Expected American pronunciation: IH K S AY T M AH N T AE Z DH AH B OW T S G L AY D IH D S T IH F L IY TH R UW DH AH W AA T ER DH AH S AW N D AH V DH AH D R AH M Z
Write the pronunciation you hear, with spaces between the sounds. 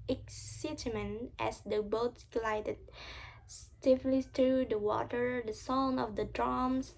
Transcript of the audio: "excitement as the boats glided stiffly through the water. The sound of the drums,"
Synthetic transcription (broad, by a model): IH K S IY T M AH N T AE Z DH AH B OW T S G L AY D IH D S T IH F L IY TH R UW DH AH W AA T ER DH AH S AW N AH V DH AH D R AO M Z